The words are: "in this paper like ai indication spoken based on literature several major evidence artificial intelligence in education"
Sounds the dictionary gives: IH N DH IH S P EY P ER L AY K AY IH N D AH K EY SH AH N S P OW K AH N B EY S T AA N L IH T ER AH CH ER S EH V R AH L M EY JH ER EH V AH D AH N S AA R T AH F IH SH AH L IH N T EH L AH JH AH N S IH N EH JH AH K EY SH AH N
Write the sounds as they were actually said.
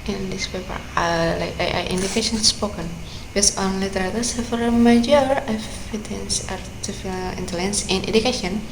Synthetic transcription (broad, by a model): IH N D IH S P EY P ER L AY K AY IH N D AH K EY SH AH N S P OW K AH N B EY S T AA N L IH T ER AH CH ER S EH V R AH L M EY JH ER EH F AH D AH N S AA R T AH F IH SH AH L IH N T EH L AH JH AH N S IH N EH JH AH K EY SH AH N